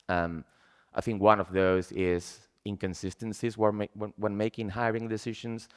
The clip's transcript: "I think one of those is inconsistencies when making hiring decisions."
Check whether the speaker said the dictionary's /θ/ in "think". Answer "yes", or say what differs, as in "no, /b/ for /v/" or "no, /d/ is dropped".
yes